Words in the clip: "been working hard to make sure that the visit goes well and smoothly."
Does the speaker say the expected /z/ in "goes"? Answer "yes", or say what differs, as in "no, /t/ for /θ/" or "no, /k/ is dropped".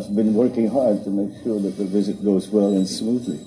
yes